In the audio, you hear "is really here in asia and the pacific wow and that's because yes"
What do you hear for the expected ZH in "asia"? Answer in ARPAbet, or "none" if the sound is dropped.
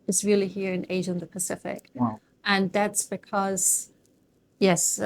ZH